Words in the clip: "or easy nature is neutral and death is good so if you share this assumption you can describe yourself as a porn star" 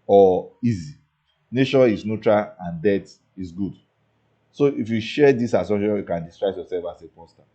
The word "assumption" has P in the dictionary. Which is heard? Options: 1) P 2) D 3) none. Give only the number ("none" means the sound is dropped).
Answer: 3